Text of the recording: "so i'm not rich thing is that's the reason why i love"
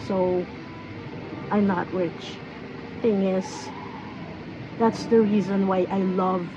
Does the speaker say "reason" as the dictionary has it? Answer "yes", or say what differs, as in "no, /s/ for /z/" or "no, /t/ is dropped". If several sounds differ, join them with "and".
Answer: yes